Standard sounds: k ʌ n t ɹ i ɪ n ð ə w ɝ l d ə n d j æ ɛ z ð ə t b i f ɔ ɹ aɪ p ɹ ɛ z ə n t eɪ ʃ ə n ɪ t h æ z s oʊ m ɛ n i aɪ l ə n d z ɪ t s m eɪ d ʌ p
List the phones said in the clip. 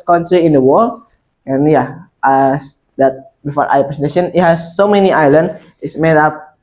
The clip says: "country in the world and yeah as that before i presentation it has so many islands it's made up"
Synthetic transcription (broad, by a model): k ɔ n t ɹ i ɪ n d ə w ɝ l ə n j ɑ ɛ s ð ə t b i f ɔ ɹ aɪ p ɹ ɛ s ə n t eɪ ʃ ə n ɪ t h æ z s oʊ m ɛ n i aɪ l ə n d ɪ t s m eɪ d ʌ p